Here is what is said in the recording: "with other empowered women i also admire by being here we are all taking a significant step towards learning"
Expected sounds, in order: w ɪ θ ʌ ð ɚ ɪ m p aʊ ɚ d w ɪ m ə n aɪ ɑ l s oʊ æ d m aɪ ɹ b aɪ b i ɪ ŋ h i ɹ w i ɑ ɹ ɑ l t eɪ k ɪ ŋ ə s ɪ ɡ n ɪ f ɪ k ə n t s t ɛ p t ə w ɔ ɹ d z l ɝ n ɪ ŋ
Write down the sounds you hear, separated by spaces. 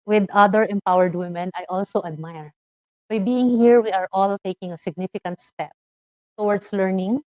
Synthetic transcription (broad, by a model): w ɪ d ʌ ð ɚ ɪ m p aʊ ɚ d w ɪ m ə n aɪ ɑ l s oʊ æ d m aɪ ɹ b aɪ b i ɪ ŋ h i ɹ w i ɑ ɹ ɑ l t eɪ k ɪ ŋ ə s ɪ ɡ n ɪ f ɪ k ə n t s t ɛ p t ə w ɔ ɹ d s l ɝ n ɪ ŋ